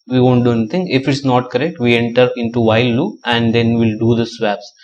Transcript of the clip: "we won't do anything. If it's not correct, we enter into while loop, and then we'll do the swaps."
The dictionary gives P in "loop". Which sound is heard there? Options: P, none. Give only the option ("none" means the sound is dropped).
none